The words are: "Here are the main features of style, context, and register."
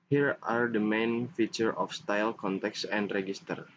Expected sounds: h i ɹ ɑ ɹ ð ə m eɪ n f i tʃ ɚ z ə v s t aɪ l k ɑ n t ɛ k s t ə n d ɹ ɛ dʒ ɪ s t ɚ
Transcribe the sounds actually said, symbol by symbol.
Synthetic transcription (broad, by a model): h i ɹ ɑ ɹ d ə m eɪ n f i tʃ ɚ ə f s t aɪ l k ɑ n t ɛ k s ə n d ɹ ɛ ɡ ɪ s t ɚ